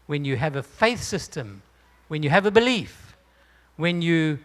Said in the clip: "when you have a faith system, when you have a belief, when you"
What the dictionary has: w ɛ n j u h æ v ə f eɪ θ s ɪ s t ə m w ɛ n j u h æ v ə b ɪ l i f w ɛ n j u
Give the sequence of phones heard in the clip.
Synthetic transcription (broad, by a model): w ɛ n j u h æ v ə f eɪ θ s ɪ s t ə m w ɛ n j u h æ v ə b ɪ l i f w ɛ n j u